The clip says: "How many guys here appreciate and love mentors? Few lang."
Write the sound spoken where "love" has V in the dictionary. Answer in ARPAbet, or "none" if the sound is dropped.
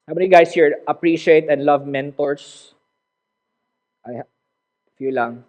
V